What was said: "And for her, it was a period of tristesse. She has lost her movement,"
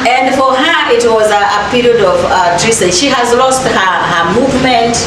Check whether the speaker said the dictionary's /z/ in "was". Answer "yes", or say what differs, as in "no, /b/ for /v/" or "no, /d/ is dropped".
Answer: yes